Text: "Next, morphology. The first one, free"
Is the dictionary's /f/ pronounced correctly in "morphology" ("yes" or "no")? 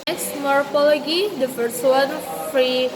no